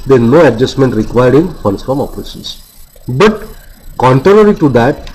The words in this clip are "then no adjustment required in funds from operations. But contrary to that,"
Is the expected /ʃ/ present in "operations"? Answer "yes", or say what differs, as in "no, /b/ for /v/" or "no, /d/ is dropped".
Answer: no, /s/ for /ʃ/